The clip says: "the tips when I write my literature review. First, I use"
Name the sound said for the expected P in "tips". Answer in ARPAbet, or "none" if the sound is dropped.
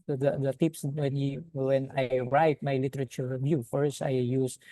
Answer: P